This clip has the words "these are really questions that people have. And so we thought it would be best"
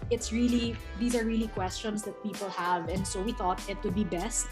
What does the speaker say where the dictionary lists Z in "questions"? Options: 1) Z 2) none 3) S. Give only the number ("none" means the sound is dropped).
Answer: 3